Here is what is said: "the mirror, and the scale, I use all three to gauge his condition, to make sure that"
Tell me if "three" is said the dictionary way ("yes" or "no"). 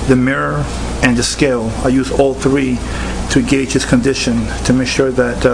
yes